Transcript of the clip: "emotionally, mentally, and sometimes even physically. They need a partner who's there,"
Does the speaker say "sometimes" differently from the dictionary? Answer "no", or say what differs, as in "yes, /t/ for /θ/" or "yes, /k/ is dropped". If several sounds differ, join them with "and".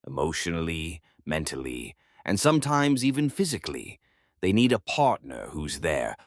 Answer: no